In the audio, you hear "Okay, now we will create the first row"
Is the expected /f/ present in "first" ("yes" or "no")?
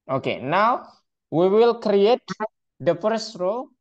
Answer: no